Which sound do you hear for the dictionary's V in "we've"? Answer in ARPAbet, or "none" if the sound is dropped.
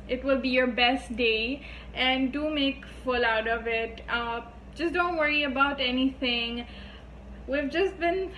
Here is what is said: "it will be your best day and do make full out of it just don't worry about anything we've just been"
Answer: V